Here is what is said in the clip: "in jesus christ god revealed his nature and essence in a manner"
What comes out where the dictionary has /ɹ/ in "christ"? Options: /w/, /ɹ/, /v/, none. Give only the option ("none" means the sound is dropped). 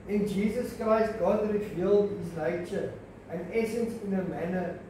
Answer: /ɹ/